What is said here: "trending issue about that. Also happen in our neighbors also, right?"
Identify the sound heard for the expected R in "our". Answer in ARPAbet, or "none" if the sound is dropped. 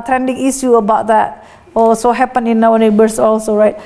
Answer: W